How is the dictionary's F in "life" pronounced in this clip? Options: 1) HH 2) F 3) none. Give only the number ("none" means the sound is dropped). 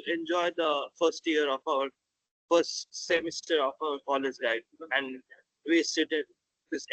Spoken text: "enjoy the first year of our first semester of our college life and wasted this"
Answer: 3